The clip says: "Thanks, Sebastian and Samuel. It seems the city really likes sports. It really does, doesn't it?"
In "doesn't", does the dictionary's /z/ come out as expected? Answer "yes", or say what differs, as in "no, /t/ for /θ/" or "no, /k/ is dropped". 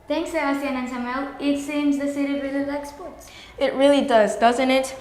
yes